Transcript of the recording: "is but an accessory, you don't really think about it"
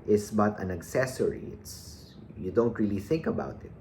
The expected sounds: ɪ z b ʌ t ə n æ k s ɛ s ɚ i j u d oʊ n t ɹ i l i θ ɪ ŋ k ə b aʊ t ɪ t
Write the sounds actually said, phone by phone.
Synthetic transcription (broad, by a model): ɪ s b ʌ t ə n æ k s ɛ s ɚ i j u d oʊ n t ɹ i l i θ ɪ ŋ k ə b aʊ t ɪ t